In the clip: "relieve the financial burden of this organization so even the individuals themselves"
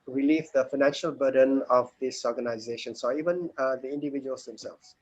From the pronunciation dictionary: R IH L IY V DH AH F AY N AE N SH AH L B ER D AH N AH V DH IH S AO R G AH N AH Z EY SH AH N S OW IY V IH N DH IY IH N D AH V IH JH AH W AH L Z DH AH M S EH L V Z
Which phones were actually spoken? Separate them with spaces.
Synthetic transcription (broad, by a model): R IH L IY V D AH F AY N AE N SH AH L B ER D AH N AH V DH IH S AO R G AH N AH Z EY SH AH N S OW IY V IH N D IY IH N D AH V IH JH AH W AH L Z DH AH M S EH L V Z